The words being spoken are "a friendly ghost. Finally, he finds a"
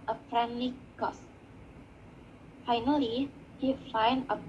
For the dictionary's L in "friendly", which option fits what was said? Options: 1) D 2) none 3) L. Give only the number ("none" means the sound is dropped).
2